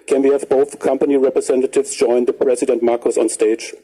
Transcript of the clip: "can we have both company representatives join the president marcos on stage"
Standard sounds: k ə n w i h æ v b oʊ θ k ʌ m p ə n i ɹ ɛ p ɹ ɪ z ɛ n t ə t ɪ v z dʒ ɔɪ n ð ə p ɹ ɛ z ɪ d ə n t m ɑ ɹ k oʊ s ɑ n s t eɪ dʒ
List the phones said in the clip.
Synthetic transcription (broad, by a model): k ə n w i h æ v b oʊ θ k ʌ m p ə n i ɹ ɛ p ɹ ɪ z ɛ n t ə t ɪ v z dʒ ɔɪ n ð ə p ɹ ɛ z ɪ d ə n t m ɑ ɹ k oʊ s ɑ n s t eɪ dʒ